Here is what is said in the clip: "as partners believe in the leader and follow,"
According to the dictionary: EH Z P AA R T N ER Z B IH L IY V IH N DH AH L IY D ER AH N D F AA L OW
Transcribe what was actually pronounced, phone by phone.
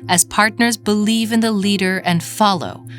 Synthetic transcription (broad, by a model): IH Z P AA R T N ER Z B IH L IY V IH N DH AH L IY D ER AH N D F AA L OW